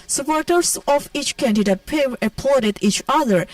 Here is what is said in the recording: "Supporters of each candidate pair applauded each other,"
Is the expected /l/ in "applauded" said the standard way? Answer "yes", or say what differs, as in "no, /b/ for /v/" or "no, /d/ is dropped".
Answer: no, /l/ is dropped